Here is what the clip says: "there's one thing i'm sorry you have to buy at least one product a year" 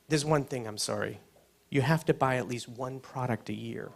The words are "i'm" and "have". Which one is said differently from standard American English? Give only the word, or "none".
have